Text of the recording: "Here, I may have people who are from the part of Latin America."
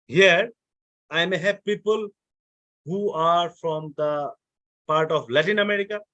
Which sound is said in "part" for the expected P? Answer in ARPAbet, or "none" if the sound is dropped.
P